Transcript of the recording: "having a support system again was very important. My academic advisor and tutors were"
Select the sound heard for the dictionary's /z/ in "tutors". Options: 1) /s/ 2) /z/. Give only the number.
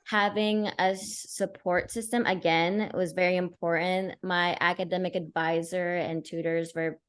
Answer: 2